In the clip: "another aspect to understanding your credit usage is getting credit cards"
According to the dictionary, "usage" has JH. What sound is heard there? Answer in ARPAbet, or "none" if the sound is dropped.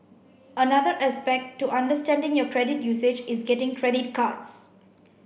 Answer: JH